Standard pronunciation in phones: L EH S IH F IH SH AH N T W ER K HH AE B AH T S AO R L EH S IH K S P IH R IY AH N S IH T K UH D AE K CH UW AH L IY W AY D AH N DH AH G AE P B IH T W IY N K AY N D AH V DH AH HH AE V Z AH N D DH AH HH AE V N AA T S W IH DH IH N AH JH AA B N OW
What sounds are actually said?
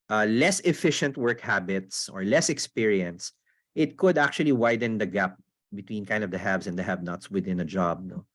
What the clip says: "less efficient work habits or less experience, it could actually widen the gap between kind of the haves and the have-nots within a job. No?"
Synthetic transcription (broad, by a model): L EH S IH F IH SH AH N T W ER K HH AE B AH T S AO R L EH S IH K S P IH R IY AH N S IH T K UH D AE K CH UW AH L IY W AY D AH N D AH G AE P B IH T W IY N K AY N D AH V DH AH HH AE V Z AH N D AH HH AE B N AA T S W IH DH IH N AH JH AA B N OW